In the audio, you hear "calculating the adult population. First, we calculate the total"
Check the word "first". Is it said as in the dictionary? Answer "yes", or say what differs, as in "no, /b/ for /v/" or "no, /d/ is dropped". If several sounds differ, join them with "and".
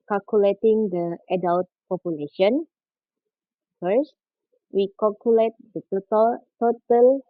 yes